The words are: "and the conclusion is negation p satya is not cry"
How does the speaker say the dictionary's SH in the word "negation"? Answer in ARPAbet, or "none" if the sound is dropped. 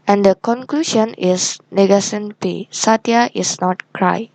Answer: S